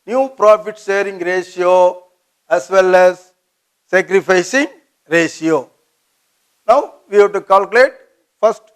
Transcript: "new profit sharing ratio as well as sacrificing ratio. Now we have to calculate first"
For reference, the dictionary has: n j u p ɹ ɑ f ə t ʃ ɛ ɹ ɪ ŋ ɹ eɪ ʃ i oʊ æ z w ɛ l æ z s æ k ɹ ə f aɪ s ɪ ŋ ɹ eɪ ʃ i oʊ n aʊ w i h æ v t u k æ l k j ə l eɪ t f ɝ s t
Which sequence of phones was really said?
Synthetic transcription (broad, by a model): n j u p ɹ ɑ f ə t s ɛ ɹ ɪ ŋ ɹ eɪ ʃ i oʊ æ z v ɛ l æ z s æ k ɹ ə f aɪ s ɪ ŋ ɹ eɪ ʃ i oʊ n aʊ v i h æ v t u k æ l k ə l eɪ t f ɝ s t